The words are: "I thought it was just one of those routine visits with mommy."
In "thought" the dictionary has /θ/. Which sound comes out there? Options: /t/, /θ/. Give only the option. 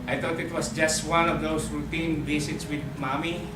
/t/